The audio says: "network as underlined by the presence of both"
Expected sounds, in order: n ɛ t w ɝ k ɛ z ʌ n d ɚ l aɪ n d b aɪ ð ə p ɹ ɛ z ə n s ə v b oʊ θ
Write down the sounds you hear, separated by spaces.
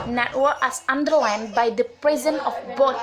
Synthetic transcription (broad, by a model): n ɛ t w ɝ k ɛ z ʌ n d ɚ l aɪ n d b aɪ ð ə p ɹ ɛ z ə n ə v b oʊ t